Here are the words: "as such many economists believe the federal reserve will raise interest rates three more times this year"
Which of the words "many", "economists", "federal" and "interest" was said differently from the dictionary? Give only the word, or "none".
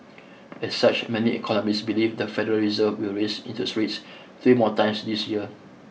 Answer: interest